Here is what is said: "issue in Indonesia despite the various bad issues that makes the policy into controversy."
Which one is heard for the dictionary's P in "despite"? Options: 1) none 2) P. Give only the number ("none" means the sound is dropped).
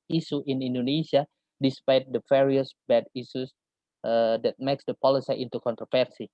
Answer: 2